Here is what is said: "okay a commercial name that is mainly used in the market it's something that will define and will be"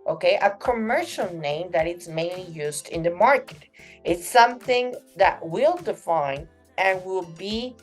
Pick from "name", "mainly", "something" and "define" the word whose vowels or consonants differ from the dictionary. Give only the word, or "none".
none